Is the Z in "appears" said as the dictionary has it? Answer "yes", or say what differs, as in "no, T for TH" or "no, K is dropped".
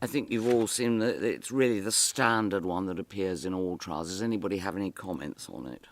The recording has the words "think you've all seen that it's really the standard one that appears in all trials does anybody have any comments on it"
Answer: yes